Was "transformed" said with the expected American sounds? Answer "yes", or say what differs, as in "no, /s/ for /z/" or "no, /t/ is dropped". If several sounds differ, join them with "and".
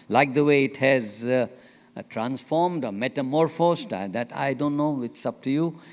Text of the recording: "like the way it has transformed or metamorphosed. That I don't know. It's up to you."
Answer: yes